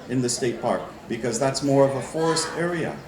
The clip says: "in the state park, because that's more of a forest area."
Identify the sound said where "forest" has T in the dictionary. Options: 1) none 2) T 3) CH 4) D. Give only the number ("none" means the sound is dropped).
2